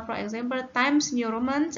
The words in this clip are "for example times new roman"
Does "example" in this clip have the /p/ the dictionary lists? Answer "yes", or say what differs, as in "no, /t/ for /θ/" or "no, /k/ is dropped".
no, /b/ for /p/